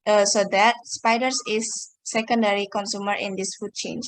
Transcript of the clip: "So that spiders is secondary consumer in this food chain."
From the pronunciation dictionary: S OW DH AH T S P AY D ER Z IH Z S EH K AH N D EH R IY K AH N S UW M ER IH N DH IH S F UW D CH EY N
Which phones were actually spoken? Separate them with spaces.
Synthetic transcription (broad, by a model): S OW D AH T S P AY D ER S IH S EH K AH N D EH R IY K AH N S UW M ER IH N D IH S F UW D CH EY N